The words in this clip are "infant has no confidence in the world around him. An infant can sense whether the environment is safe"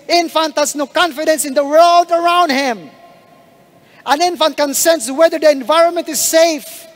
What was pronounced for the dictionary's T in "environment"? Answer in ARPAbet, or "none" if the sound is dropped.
T